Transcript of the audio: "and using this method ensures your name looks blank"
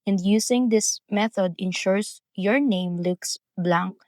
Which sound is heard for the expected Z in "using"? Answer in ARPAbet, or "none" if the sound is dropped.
S